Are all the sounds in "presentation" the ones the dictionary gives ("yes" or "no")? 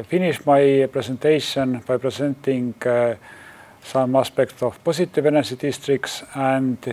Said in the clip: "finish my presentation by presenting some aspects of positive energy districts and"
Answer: no